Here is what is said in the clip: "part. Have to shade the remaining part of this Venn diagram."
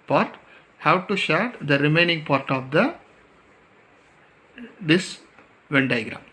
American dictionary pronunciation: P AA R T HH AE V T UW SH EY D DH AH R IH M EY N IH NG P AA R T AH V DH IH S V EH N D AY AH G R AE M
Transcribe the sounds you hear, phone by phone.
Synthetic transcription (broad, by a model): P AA R T HH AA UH T UW SH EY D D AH R IH M EY N IH NG P AA R T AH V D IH S V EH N D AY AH G R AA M